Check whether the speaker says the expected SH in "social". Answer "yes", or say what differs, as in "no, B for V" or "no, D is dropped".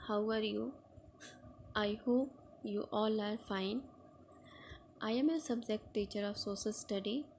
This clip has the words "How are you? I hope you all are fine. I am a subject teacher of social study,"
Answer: no, S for SH